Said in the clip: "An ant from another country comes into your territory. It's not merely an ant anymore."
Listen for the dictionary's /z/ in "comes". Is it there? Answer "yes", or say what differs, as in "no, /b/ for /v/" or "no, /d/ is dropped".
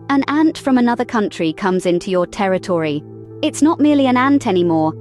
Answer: yes